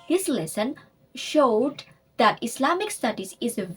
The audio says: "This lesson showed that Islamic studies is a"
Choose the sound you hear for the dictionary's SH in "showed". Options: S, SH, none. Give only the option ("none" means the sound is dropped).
SH